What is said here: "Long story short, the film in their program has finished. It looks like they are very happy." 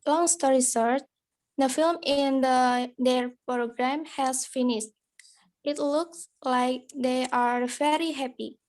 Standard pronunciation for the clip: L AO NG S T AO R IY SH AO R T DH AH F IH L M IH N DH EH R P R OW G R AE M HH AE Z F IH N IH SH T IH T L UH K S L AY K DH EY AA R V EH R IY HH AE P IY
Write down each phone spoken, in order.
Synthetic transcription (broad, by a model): L AO NG S T AO R IY S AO R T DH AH F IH L M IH N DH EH R P R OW G R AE M HH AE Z F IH N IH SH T IH T L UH K S L AY K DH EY AA R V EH R IY HH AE P IY